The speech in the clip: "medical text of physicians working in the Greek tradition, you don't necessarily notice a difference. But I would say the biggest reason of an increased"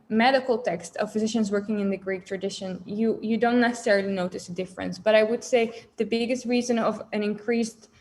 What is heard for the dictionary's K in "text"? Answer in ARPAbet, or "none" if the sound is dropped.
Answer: K